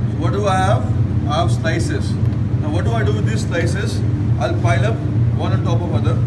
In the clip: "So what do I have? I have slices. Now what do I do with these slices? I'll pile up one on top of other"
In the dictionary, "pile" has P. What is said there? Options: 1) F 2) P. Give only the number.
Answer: 1